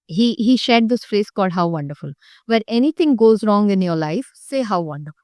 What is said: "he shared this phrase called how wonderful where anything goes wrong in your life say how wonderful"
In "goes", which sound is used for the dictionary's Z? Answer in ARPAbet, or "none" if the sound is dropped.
Z